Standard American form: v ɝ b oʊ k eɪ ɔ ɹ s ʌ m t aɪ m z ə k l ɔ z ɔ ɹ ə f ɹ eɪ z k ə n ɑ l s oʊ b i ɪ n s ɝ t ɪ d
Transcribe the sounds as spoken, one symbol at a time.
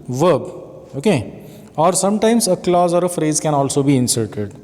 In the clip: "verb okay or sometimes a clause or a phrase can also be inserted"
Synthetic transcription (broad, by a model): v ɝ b oʊ k eɪ ɔ ɹ s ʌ m t aɪ m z ə k l ɔ z ɔ ɹ ə f ɹ eɪ z k ə n ɑ l s oʊ b i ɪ n s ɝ t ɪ d